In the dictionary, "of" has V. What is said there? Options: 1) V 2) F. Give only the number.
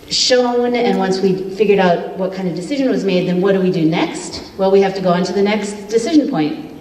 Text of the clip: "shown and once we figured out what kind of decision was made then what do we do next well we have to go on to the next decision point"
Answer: 1